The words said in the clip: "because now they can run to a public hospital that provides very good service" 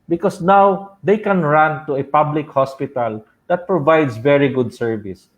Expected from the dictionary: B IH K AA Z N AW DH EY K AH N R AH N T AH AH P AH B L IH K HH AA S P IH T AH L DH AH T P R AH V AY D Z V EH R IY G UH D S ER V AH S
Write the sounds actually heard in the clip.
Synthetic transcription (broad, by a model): B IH K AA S N AW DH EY K AH N R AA N T AH AH P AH B L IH K HH AA S P IH T AH L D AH T P R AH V AY D S V EH R IY G UH D S ER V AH S